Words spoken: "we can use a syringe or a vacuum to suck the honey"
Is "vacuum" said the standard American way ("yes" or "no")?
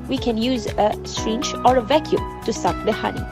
yes